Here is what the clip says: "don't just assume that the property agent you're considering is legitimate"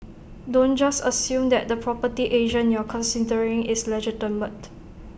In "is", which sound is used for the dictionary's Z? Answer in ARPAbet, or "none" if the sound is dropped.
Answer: S